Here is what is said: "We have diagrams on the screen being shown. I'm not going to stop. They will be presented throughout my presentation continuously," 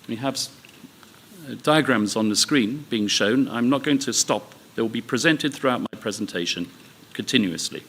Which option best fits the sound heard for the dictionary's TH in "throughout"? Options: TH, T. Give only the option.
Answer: TH